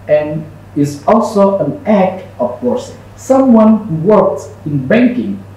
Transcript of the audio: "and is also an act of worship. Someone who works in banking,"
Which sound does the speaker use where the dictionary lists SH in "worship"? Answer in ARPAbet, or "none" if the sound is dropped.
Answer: S